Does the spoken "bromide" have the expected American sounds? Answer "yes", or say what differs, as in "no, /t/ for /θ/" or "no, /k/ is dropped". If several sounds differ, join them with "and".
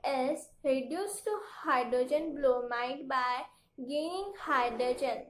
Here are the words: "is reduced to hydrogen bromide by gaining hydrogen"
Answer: no, /l/ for /ɹ/